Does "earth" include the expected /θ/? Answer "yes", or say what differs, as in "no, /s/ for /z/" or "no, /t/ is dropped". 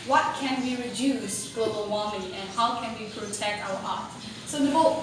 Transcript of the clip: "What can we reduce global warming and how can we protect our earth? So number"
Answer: no, /t/ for /θ/